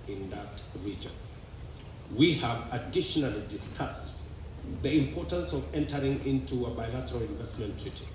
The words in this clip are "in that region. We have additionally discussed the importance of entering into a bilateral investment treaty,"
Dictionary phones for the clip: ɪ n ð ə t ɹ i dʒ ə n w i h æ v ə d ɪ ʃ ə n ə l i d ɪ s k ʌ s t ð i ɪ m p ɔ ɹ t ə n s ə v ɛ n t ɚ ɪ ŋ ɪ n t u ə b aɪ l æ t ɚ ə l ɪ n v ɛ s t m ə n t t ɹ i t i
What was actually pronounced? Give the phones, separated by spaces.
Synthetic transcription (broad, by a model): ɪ n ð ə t ɹ i dʒ ə n w i h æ v ə d ɪ ʃ ə n ə l i d ɪ s k ʌ s t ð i ɪ m p ɔ ɹ t ə n s ə v ɛ n t ɚ ɪ ŋ ɪ n t u ə b aɪ l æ t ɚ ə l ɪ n v ɛ s t m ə n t t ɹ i t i